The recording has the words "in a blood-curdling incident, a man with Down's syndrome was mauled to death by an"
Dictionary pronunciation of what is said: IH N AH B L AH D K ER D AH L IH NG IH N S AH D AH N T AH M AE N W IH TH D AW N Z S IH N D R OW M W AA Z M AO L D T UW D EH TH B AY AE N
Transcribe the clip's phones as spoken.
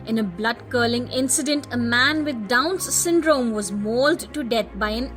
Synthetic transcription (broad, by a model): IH N AH B L AH D K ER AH L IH NG IH N S AH D AH N T AH M AE N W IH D D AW N S IH N D R OW M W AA Z M AO L D T UW D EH T B AY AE N